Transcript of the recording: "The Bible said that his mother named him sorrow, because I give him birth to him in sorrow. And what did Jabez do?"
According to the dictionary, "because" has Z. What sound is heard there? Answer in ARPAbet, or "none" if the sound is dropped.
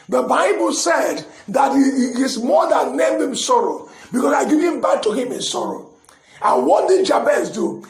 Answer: S